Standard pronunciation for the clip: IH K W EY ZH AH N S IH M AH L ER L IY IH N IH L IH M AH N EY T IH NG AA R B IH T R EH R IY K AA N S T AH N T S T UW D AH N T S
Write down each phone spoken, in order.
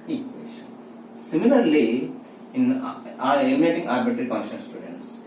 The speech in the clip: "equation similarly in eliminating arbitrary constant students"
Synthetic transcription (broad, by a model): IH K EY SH S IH M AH L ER L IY IH N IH EH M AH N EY T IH NG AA R B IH T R R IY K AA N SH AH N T S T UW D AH N T S